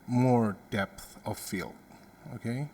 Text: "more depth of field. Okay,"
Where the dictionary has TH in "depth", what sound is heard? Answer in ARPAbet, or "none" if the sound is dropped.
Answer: TH